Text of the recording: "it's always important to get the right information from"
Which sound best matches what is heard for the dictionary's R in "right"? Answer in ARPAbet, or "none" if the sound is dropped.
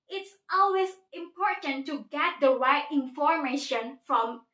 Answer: W